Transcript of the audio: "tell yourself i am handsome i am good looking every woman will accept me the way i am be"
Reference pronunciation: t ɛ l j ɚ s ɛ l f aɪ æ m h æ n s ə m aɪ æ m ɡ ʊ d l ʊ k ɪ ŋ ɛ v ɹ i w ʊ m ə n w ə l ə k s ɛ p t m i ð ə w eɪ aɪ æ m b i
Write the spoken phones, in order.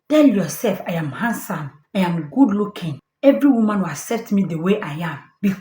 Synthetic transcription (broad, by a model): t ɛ l j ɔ s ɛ l f aɪ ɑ m h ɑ n s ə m aɪ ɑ m ɡ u d l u k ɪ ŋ ɛ v ɹ i w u m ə n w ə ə s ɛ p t m i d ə w eɪ aɪ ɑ m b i